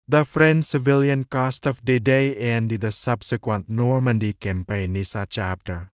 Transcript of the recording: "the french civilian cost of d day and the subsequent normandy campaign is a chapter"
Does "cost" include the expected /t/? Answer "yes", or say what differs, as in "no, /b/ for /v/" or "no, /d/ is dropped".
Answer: yes